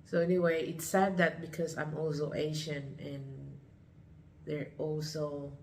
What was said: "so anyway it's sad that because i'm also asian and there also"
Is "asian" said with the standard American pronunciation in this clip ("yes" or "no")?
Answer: no